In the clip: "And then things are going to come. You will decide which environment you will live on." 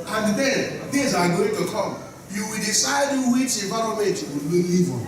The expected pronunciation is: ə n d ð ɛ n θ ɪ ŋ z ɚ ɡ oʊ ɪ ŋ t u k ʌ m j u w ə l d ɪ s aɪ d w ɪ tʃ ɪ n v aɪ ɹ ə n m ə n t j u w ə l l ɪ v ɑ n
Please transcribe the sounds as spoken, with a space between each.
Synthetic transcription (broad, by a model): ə n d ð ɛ n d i z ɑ ɡ oʊ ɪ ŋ t u k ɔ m j u w ə l d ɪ s aɪ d w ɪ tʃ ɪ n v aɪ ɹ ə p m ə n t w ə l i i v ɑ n